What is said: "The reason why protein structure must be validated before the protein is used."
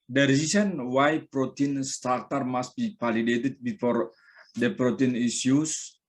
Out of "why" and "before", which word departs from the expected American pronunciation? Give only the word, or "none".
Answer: none